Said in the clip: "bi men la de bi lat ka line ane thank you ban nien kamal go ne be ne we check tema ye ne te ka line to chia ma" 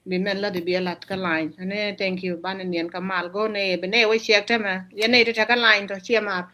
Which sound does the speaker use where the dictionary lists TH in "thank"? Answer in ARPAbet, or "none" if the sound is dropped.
T